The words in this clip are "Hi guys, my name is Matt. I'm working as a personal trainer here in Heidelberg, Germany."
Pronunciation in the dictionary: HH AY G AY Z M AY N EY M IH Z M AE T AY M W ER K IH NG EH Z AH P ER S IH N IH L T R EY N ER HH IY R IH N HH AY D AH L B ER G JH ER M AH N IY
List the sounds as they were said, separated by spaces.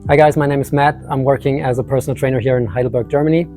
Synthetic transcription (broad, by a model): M AY G AY Z M AY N EY M IH Z M AE T AY M W ER K IH NG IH Z AH P ER S N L T R EY N ER HH IY R IH N HH AY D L B ER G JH ER M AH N IY